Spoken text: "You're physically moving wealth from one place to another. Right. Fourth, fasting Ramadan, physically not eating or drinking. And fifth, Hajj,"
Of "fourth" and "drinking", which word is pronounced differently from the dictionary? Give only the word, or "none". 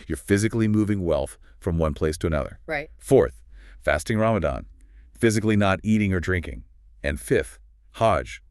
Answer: none